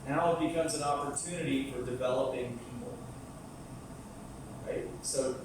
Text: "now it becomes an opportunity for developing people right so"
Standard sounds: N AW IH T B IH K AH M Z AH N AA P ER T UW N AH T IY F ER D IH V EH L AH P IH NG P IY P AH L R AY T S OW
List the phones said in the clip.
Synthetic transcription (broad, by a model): N AW IH T B IH K AH M Z AH N AA P ER T UW N AH T IY F ER D IH V EH L AH P IH NG P IY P L R AY T S OW